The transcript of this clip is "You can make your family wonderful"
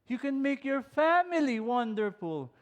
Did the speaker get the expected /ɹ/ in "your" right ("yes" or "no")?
yes